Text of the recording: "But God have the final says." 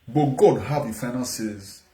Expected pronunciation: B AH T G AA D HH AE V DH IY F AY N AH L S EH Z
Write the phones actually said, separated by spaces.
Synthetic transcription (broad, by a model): B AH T G AA D HH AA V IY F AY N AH N S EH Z